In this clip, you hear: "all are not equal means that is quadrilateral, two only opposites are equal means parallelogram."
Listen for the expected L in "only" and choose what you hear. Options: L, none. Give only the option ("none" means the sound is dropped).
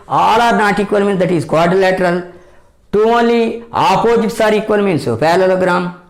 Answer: L